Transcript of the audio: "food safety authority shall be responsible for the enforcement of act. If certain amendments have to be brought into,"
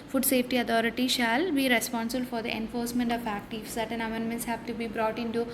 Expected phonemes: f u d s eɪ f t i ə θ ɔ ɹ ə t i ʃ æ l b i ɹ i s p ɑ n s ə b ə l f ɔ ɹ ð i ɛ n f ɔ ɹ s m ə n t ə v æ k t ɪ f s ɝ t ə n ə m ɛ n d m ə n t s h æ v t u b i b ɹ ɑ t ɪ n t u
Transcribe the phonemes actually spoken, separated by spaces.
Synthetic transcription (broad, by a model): f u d s eɪ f t i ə t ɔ ɹ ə t i ʃ æ l b i ɹ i s p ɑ n s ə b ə l f ɔ ɹ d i ɛ n f ɔ ɹ s m ə n t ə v æ k t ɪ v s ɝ t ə n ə m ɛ n d m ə n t s h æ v t u b i b ɹ ɑ t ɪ n t u